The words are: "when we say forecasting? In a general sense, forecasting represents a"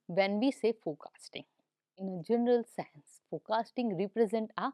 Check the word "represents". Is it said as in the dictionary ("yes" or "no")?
no